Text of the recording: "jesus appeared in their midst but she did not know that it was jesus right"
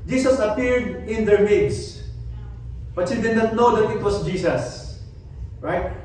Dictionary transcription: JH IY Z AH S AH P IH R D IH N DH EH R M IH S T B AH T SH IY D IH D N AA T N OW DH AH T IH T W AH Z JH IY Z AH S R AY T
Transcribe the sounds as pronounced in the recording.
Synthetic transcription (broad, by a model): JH IY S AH S AH P IH R D IH N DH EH R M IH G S B AH T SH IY D IH D N AA T N OW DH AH T IH T W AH S JH IY S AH S R AY T